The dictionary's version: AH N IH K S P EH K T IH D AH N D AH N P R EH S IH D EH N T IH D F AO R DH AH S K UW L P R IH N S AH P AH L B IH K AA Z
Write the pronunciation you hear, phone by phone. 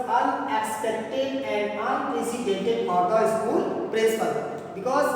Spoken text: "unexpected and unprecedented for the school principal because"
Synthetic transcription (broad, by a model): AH N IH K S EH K T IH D AH N D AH N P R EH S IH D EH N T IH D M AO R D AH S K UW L P R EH S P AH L B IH K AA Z